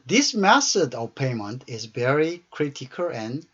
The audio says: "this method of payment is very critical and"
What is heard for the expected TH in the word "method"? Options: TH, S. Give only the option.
S